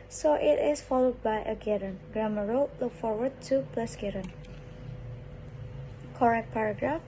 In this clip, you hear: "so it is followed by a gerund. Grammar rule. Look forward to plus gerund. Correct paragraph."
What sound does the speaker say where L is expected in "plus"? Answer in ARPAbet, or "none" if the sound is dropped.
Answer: L